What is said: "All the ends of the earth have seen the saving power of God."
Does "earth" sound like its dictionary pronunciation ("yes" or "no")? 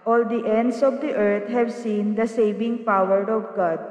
no